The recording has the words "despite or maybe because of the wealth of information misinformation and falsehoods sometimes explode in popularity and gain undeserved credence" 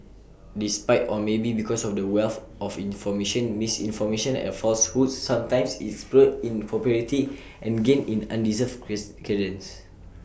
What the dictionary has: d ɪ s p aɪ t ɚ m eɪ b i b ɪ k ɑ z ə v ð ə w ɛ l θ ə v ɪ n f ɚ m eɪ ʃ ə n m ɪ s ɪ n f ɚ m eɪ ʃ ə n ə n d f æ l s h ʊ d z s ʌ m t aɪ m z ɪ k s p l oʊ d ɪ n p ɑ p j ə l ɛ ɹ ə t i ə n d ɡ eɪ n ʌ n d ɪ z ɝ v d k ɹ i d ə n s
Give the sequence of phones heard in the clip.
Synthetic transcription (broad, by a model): d ɪ s p aɪ t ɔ m eɪ b i b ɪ k ɑ s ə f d ə w ɛ l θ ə f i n f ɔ m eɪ ʃ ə n m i s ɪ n f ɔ m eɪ ʃ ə n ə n f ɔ l s h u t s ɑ m t aɪ m s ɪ s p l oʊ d ɪ n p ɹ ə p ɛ ɹ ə t i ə n ɡ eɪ n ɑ n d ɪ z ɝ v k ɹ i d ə n s